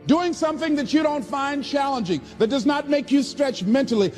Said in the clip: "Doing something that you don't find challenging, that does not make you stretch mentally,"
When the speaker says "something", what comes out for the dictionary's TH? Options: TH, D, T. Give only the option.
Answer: TH